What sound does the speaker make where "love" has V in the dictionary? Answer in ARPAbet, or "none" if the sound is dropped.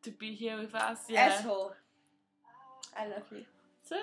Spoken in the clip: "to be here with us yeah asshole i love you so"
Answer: V